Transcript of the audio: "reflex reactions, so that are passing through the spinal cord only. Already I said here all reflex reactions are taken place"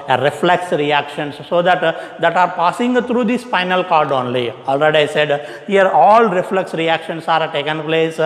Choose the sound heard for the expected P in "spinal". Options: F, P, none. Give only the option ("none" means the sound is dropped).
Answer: F